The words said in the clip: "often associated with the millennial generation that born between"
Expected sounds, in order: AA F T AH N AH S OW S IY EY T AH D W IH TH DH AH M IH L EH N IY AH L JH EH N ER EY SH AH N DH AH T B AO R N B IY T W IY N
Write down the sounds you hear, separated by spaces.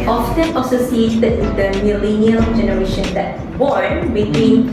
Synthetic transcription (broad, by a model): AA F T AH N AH S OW S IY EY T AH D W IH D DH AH M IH L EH N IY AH L JH EH N ER EY SH AH N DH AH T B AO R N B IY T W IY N